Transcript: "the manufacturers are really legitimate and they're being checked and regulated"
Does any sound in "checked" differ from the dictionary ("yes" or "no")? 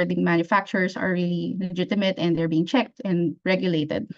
no